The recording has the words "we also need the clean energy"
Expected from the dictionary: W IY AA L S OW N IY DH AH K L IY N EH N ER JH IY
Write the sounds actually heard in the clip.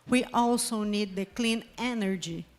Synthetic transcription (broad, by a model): W IY AA L S OW N IY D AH K L IY N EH N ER JH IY